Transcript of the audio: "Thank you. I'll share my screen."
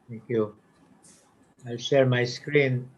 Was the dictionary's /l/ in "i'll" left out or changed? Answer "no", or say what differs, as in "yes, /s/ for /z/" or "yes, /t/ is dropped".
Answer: no